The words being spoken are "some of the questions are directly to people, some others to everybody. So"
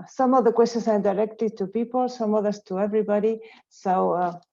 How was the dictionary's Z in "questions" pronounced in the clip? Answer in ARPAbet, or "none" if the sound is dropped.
S